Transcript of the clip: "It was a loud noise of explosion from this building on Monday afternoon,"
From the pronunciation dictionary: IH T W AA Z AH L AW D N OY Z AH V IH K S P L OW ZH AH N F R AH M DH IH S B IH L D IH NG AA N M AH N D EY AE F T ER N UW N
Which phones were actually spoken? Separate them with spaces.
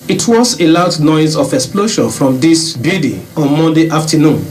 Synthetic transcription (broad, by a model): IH T W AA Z AH L AW D N OY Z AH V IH K S P L OW SH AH N F R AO M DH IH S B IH D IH AA N M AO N D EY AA F T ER N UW N